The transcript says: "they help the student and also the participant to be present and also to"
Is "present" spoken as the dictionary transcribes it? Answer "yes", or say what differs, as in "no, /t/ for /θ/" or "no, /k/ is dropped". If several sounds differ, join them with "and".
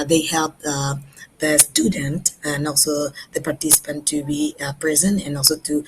no, /t/ is dropped